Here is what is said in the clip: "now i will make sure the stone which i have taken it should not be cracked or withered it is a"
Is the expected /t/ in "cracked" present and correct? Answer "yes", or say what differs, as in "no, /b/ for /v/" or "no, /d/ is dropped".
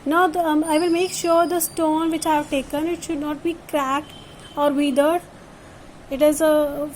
yes